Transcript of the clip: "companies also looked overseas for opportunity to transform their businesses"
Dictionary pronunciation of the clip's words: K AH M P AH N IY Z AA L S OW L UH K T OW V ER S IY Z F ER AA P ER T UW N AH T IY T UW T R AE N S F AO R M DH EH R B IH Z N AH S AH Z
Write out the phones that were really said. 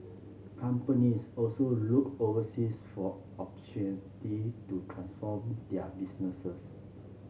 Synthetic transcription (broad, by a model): K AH M P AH N IY S AA L S OW L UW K OW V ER S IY S F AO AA P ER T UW N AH T IY T UW T R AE N S F AO M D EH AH B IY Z N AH S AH S